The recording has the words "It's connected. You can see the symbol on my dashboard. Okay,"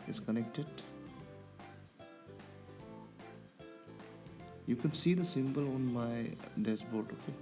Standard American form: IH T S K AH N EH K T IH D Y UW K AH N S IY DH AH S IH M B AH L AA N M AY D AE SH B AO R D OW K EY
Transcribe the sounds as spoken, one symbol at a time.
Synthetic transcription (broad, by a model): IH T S K AH N EH K T IH D Y UW K AH N S IY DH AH S IH M B AH L AA N M AY D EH S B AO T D OW K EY